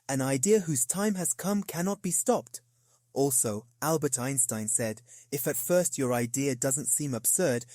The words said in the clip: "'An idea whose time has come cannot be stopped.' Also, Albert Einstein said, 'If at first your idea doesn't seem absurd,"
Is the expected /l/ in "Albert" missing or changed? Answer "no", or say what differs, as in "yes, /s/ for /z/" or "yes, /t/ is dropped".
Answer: no